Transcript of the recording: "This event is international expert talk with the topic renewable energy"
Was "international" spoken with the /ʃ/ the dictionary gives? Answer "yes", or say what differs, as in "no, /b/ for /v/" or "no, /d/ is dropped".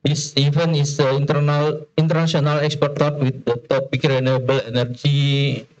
no, /s/ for /ʃ/